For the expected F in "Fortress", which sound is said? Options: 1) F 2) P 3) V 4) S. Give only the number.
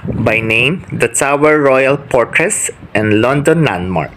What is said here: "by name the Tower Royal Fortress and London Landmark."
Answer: 2